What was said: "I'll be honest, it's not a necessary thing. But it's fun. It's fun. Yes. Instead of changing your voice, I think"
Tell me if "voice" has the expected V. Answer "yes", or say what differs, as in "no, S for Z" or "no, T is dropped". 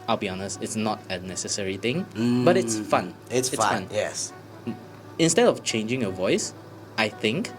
yes